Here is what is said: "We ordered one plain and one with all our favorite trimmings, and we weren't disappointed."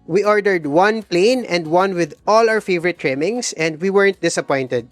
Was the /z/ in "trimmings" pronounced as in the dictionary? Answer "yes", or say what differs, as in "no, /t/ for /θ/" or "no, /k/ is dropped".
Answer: no, /s/ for /z/